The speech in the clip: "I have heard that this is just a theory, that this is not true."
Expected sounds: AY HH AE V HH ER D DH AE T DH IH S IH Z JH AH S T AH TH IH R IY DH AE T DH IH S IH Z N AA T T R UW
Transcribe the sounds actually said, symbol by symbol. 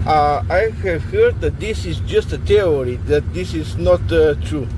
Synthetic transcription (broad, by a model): AY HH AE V HH ER D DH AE T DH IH S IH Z JH AH S T AH T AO R IY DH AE T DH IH S IH Z N AA T T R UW